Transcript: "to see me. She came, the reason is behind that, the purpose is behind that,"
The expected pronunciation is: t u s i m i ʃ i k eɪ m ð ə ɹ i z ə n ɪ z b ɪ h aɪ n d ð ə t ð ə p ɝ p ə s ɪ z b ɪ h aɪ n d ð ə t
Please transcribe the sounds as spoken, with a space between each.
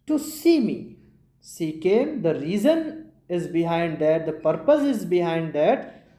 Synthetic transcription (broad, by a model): t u s i m i s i k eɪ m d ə ɹ i z ə n ɪ z b ɪ h aɪ n d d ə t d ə p ɝ p ə s ɪ z b ɪ h aɪ n d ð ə t